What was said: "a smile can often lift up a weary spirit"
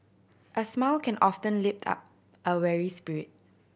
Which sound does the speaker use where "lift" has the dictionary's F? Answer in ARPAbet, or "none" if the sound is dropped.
P